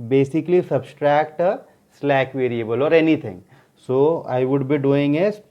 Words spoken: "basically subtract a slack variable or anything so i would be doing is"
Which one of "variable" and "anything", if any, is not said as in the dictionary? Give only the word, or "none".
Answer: anything